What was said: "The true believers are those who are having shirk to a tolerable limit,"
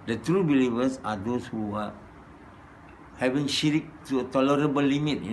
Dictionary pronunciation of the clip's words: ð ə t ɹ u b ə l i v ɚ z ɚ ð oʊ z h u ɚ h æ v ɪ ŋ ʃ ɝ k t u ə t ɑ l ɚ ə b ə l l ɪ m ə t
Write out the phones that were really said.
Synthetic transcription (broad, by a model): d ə t ɹ u b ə l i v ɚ s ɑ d oʊ s h u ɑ h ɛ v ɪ ŋ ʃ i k t u ə t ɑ l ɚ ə b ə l l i m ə t